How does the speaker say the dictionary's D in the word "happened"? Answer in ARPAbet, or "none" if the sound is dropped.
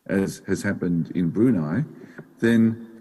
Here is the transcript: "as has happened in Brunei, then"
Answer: D